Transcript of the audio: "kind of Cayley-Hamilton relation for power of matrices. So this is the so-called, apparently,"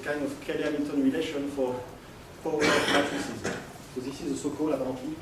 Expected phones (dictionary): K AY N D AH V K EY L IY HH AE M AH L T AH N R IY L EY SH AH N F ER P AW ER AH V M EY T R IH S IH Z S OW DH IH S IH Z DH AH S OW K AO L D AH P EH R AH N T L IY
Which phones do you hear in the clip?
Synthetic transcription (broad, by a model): K AY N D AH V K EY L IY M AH T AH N R IY L EY SH AH N F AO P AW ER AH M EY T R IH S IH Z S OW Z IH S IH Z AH S OW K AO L AH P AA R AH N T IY